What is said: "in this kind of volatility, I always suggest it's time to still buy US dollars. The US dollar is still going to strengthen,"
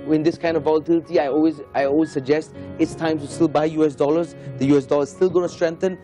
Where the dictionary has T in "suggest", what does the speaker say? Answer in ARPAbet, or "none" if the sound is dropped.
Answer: T